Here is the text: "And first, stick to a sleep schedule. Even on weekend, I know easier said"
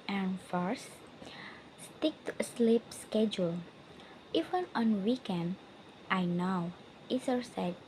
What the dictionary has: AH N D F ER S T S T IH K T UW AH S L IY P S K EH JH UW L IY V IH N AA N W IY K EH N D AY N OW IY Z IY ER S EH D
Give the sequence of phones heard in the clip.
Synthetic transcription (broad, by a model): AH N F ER S S T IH K T UW AH S L IY P S K EH JH UW L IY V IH N AA N W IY K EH N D AY N OW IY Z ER S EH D